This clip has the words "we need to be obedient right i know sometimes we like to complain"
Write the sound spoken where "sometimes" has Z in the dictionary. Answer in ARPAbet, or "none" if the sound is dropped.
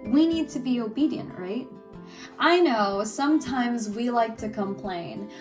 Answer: Z